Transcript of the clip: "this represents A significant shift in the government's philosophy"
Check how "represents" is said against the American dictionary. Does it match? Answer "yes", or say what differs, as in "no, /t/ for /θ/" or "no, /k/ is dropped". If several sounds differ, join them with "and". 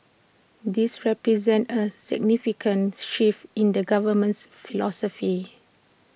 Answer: no, /s/ is dropped